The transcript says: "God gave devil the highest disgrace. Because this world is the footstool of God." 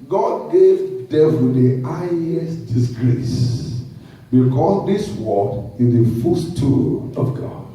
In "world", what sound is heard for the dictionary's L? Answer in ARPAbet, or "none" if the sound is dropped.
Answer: none